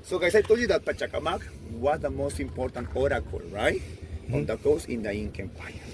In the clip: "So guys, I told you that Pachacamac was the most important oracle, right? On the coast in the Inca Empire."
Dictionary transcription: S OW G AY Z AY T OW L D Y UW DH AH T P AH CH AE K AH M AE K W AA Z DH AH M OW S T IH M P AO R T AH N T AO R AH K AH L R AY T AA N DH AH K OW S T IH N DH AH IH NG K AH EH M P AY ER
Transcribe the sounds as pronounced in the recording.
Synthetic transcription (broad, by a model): S OW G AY S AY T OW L Y UW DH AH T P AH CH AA K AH M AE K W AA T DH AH M OW S T IH M P AO R T AH N T AO R AH K AH L R AY T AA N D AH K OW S IH N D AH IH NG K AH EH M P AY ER